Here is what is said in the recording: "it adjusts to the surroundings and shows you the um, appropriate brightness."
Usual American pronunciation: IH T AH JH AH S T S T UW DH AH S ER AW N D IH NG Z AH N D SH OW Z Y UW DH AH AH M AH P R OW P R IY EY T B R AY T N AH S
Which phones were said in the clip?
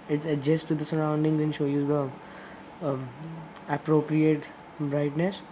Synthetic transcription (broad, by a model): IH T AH JH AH S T T UW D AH S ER AW N D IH NG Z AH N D SH OW Y UW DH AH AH AH P R OW P R IY EY T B R AY T N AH S